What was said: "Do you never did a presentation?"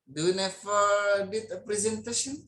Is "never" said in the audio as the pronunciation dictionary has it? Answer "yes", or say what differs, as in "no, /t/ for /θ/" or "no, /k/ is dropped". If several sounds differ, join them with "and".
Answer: no, /f/ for /v/